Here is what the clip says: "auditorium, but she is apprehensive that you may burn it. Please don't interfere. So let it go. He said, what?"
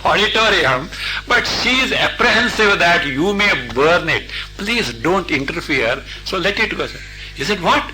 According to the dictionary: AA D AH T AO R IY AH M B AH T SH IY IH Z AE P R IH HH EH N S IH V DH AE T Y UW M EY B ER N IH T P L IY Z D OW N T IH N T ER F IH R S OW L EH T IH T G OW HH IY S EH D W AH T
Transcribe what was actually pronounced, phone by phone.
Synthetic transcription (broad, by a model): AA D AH T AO R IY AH M B AH T SH IY IH Z AE P R IH HH EH N S IH V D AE T Y UW M EY B ER N IH T P L IY Z D OW N T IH N T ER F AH R S OW L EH T IH T G OW HH IY S EH D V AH T